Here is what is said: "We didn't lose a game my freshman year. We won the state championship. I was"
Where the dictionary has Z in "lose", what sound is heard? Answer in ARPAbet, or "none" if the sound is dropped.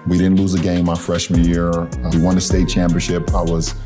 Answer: Z